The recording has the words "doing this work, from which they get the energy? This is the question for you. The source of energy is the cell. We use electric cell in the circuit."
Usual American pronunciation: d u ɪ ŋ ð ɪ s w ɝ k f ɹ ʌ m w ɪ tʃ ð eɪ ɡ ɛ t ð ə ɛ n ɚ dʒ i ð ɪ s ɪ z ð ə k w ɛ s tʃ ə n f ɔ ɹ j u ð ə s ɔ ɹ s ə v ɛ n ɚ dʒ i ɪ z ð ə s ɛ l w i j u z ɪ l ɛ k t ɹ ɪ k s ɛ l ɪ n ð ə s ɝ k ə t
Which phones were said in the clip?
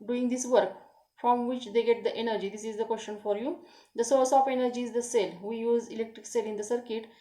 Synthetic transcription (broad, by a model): d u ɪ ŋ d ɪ s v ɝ k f ɹ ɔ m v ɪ tʃ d eɪ ɡ ɛ t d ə ɛ n ɚ dʒ i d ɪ s ɪ z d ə k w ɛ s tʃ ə n f ɔ ɹ j u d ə s ɔ ɹ s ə f ɛ n ɚ dʒ i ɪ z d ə s ɛ l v i j u z ɪ l ɛ k t ɹ ɪ k s ɛ l ɪ n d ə s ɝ k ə t